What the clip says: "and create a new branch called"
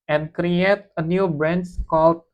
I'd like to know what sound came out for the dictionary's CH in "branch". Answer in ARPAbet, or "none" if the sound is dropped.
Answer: S